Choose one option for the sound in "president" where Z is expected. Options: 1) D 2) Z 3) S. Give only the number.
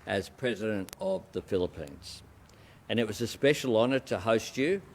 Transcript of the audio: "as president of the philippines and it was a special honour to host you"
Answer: 2